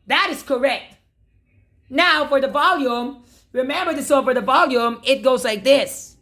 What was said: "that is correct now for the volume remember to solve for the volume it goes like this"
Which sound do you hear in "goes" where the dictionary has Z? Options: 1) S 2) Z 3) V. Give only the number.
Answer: 2